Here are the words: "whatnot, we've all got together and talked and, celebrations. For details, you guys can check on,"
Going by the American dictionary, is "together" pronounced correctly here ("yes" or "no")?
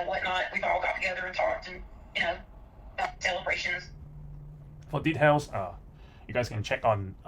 yes